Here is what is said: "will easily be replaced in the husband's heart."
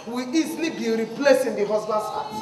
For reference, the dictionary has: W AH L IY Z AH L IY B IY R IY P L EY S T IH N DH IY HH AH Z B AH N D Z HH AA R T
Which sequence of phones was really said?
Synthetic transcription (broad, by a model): W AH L IY Z AH L IY B IY R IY P L EY S IH N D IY HH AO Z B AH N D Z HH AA